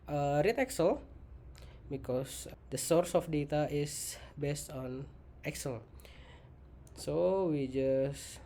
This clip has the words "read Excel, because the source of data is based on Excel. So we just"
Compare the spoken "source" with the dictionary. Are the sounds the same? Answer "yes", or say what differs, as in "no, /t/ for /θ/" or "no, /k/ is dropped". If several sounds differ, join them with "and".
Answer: yes